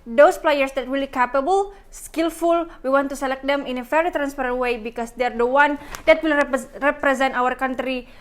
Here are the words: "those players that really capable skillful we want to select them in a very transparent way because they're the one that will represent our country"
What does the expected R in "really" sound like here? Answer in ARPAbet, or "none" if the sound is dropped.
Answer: W